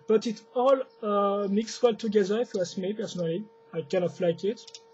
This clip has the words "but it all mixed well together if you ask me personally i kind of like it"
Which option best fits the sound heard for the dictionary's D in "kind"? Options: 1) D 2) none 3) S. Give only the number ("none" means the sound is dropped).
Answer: 2